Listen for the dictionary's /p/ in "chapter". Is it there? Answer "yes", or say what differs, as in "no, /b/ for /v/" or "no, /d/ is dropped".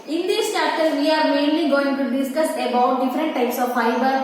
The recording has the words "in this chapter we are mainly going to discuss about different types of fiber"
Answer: no, /p/ is dropped